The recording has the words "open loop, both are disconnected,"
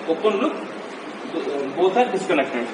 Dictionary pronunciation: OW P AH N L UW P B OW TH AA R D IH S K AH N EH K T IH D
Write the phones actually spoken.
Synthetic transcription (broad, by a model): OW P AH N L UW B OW S AA R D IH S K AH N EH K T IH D